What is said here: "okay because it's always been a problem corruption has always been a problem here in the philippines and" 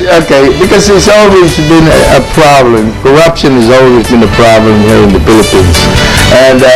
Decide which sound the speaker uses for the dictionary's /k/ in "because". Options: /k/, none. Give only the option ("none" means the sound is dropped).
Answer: /k/